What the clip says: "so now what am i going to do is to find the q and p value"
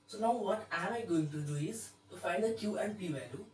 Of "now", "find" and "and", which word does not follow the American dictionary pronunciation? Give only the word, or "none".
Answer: none